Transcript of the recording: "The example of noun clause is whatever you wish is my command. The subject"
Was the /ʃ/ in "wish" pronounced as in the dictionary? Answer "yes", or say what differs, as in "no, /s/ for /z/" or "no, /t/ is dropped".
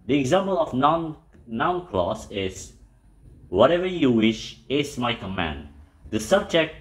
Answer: yes